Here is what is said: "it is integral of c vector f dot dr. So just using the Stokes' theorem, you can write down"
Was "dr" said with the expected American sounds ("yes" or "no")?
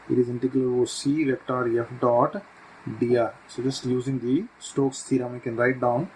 no